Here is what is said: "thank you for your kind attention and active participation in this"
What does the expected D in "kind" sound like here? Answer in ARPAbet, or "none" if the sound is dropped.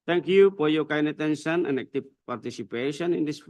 none